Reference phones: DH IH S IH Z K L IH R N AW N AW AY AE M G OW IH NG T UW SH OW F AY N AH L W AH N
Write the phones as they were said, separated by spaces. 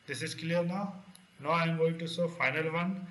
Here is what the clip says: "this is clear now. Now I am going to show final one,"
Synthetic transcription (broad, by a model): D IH S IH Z K L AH R N AW N AW AY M G OW IH NG T UW S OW F AY N AH L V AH N